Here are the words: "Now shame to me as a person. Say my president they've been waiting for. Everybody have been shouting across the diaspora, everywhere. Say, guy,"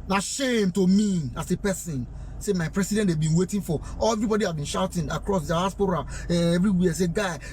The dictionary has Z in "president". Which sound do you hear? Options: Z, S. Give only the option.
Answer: S